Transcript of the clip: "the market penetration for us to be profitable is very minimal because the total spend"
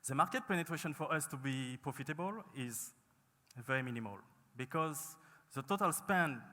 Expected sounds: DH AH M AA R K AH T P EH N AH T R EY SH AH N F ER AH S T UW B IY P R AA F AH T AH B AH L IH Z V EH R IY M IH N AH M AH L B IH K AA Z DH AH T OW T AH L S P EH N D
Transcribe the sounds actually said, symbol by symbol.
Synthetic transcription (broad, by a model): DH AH M AA R K AH T P EH N AH T R EY SH AH N F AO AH S T UW B IY P R AA F AH T AH B AH L IH Z V EH R IY M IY N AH M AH L B IH K AA Z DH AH T OW T AH L S P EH N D